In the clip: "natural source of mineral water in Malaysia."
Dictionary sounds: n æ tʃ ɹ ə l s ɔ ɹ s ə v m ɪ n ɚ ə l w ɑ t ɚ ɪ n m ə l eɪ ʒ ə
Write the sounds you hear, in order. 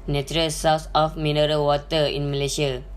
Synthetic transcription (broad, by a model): n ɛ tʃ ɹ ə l s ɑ w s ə f m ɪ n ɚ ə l w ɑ t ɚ ɪ n m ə l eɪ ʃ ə